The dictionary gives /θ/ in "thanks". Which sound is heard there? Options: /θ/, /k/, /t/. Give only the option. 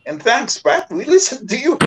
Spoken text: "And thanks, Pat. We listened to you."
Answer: /θ/